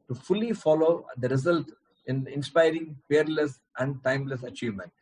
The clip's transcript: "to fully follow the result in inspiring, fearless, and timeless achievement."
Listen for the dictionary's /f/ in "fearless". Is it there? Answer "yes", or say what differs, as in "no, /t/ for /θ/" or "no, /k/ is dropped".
no, /p/ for /f/